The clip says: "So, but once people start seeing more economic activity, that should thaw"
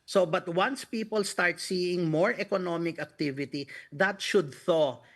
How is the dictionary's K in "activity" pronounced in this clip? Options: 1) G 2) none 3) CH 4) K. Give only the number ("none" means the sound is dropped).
4